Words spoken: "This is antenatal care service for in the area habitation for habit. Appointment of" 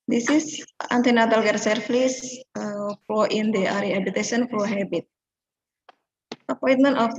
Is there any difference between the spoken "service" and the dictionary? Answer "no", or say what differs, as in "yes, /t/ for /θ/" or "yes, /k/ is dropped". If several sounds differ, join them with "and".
yes, /f/ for /v/